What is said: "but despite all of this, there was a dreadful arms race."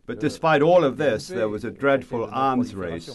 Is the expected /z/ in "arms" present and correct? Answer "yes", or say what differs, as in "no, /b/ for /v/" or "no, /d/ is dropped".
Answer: yes